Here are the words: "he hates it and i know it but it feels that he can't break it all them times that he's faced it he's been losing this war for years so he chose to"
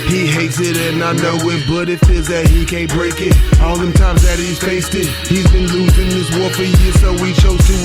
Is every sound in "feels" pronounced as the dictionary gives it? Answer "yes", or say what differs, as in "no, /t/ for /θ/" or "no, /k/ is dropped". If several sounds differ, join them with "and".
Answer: no, /l/ is dropped